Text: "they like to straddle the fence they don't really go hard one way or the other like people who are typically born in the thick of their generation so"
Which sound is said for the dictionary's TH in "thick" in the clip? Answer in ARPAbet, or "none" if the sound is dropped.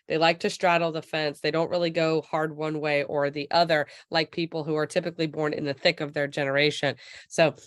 TH